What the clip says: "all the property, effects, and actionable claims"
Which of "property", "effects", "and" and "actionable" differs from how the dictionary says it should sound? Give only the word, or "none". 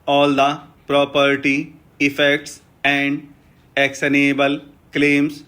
actionable